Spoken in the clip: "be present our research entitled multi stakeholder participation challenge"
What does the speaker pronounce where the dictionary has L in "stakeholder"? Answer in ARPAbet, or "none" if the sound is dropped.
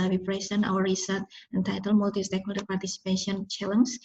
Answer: none